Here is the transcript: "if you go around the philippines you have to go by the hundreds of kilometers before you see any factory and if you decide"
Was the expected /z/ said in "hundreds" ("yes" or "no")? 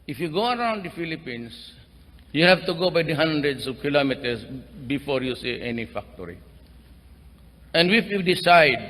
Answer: no